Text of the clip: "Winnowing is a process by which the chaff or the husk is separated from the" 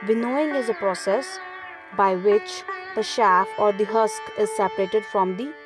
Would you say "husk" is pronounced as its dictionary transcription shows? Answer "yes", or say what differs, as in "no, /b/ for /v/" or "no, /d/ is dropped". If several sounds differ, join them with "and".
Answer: yes